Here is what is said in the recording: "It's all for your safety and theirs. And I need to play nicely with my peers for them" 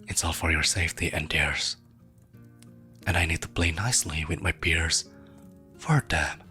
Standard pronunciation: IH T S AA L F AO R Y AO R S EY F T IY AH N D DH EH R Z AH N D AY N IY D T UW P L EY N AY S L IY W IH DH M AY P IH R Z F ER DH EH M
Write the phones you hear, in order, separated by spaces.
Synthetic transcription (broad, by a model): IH T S AA L F AO R Y AO R S EY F T IY AH N D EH R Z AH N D AY N IY D T UW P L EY N AY S L IY W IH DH M AY B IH R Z F ER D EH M